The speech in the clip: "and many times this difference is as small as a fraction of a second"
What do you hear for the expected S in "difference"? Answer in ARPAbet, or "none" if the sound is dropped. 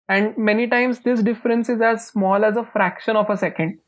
S